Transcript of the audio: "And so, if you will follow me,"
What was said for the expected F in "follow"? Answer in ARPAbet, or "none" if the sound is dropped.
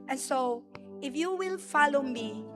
F